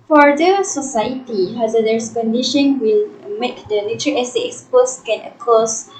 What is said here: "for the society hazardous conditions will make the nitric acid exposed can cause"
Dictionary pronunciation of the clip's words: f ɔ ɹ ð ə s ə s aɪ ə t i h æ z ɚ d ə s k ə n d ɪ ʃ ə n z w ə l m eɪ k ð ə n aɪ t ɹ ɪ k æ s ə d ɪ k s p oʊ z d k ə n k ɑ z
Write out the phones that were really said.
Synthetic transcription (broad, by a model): f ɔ ɹ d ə s ə s aɪ ə t i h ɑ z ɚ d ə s k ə n d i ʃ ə n w ə l m eɪ k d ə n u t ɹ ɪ ɛ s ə ɪ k s p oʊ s k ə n k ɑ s